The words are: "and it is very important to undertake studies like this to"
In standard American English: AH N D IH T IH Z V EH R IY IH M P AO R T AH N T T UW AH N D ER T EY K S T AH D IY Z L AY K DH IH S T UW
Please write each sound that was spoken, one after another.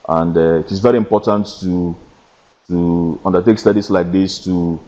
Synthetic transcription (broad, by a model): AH N D IH T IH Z V EH R IY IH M P AO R T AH N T T UW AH N D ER T EY K S T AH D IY S L AY K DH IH S T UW